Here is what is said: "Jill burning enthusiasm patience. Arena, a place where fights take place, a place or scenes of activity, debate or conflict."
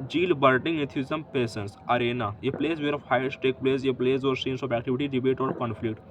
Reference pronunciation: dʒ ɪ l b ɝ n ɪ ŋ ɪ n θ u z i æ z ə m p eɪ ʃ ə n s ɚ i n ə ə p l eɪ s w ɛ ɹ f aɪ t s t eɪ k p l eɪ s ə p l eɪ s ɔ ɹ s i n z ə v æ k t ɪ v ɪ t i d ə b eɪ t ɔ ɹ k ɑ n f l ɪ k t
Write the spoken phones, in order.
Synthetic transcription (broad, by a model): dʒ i l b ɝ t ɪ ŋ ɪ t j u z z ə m p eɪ s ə n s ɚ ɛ n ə ə p l eɪ s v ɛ ɹ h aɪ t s t eɪ k p l eɪ s ə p l eɪ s ɔ ɹ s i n s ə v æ k t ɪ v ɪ t i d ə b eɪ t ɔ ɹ k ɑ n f l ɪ k t